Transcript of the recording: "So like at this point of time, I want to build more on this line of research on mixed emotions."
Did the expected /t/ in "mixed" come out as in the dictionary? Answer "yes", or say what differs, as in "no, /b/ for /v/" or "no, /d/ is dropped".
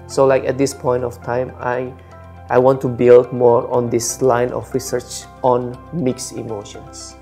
no, /t/ is dropped